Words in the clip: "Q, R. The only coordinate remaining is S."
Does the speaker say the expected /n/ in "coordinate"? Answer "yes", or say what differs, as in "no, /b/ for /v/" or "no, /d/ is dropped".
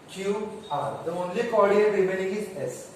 no, /n/ is dropped